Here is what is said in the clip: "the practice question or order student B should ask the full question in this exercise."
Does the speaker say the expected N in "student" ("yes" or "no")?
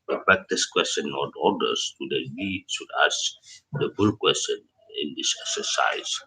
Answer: no